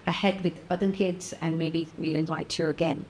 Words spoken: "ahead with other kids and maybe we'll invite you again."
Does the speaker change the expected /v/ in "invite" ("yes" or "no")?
yes